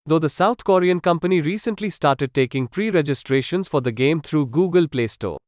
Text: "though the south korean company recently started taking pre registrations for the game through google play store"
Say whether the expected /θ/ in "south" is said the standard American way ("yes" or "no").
no